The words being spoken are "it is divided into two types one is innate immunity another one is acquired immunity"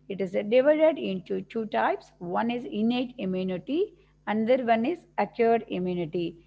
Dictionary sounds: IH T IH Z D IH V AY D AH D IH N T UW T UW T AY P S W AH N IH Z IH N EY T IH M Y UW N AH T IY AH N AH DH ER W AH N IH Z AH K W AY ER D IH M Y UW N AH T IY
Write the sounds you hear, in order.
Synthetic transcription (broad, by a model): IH T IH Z D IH V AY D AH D IH N T UW T UW T AY P S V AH N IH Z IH N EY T IH M Y UW N AH T IY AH N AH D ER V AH N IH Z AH K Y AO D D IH M Y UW N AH T IY